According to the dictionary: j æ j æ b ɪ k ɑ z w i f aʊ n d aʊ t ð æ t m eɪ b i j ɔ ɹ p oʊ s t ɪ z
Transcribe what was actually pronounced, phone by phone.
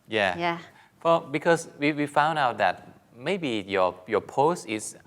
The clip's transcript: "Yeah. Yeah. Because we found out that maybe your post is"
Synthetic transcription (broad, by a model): j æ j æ b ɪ k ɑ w w i f aʊ n d aʊ t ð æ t m eɪ b i j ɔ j p oʊ s t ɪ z